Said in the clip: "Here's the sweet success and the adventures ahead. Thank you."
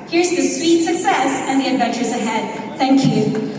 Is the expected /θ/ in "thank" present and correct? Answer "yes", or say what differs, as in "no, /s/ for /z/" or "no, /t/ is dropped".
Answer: yes